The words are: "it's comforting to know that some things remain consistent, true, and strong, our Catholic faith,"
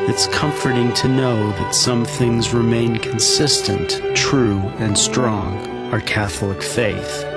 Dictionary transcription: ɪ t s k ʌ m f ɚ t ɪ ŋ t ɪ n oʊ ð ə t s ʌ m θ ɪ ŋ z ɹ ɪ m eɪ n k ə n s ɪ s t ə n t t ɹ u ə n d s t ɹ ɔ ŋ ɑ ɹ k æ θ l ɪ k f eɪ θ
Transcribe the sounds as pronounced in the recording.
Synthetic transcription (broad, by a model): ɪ t s k ʌ m f ɚ t ɪ ŋ t ɪ n oʊ ð ə t s ʌ m θ ɪ ŋ z ɹ ɪ m eɪ n k n s ɪ s t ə n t t ɹ u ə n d s t ɹ ɔ ŋ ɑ ɹ k æ θ l ɪ k f eɪ θ